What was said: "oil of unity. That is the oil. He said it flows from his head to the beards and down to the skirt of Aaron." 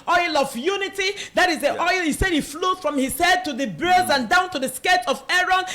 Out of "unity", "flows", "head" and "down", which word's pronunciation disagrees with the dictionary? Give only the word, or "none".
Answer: flows